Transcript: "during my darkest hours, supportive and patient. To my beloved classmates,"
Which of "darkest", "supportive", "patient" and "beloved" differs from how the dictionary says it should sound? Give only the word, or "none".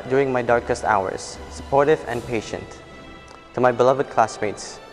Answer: none